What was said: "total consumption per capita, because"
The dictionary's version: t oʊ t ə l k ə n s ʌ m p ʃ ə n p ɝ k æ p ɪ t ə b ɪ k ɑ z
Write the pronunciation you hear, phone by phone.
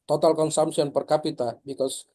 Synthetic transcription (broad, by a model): t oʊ t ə l k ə n s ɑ m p s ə n p ɝ k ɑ p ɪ t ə b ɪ k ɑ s